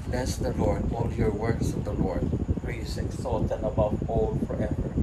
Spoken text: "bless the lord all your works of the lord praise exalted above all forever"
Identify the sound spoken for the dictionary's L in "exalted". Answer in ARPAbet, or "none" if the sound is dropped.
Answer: none